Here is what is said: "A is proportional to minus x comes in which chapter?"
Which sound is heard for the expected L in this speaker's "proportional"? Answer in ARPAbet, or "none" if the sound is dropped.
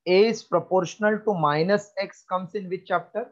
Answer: L